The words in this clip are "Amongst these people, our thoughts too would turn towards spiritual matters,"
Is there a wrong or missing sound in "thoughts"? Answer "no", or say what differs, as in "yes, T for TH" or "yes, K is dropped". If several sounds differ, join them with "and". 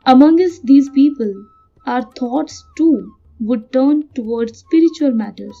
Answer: yes, T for TH